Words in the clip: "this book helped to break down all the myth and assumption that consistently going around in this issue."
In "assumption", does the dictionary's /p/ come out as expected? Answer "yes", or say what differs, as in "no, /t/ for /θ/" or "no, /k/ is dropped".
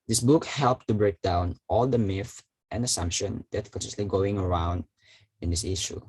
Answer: yes